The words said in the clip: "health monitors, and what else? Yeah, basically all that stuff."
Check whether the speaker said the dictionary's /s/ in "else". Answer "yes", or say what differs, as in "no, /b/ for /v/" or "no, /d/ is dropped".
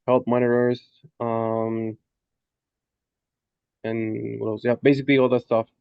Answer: no, /s/ is dropped